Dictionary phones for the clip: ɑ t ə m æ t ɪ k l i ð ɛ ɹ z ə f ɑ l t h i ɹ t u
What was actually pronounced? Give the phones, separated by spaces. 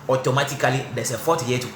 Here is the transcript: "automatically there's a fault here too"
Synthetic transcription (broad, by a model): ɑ t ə m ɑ t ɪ k l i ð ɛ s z ə f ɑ t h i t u